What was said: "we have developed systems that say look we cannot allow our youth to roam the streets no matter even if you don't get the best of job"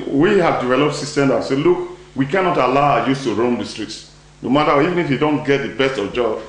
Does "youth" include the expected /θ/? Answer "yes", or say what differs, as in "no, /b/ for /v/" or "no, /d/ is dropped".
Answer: no, /s/ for /θ/